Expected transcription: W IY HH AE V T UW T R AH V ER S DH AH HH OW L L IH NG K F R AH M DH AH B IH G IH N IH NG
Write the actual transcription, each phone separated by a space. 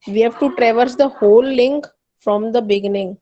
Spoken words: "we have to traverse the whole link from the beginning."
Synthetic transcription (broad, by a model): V IY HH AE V T UW T R AH V ER S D AH HH OW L L IH NG K F R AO M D AH B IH G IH N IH NG